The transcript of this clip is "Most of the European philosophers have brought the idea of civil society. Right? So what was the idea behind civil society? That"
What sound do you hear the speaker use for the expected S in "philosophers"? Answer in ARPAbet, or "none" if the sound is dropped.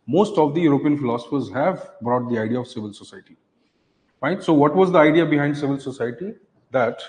S